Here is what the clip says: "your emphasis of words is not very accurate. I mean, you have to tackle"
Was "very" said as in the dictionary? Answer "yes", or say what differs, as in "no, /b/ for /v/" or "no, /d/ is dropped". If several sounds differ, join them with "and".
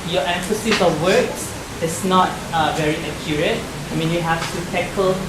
yes